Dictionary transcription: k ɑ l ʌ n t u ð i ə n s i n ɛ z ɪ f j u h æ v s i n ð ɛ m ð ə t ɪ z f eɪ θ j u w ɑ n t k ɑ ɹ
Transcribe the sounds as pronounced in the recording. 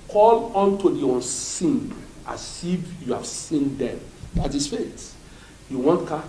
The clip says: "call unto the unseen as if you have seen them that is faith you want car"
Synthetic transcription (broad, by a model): k ɑ l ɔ n t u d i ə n s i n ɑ s ɪ f j u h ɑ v s i n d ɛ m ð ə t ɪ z f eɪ t j u w ɑ n t k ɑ